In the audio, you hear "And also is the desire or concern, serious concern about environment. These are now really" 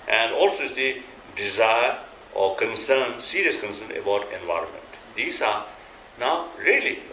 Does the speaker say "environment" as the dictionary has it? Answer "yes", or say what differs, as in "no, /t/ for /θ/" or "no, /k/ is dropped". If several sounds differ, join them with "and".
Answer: yes